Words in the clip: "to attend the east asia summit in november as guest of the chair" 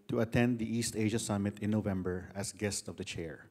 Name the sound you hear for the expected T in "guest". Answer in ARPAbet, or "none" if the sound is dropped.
T